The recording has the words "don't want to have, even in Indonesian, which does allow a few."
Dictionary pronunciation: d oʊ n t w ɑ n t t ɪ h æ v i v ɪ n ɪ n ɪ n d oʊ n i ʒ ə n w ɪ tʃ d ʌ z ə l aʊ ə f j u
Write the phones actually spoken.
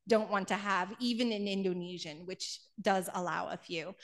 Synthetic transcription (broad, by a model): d oʊ n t w ɑ n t t ɪ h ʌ v i v ɪ n ɪ n ɪ n d oʊ n i ʒ ə n w ɪ tʃ d ʌ z ə l aʊ ə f j u